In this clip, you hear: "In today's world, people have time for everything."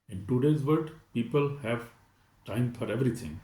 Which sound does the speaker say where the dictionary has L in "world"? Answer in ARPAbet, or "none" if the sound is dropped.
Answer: none